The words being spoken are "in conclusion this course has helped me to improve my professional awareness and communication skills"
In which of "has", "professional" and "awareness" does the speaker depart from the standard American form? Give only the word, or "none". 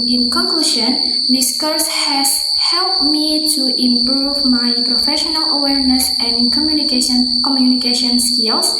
none